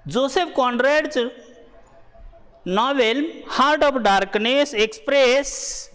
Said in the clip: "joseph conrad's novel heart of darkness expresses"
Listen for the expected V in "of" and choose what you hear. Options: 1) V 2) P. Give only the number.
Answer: 2